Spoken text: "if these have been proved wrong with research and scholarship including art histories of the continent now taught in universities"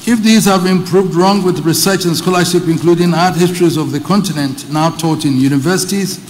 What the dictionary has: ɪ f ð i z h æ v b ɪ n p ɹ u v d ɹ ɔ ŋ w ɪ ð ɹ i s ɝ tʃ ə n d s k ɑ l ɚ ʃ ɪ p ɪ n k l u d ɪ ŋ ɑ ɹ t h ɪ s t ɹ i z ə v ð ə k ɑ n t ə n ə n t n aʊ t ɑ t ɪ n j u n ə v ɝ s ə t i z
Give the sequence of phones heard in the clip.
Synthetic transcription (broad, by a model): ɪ f ð i z h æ v b ɪ n p ɹ u v d ɹ ɔ ŋ w ɪ ð ɹ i s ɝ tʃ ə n s k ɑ l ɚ ʃ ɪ p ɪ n k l u d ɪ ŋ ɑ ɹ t h ɪ s t ɹ i z ə v ð ə k ɑ n t ə n ə n t n aʊ t ɑ t ɪ n j u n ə v ɝ s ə t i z